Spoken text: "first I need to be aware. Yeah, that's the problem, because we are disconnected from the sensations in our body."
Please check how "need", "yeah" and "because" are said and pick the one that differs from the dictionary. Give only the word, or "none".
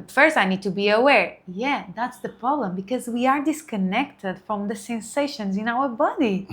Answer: none